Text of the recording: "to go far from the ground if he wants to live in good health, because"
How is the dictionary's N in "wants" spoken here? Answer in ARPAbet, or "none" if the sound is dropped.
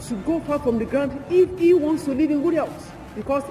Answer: N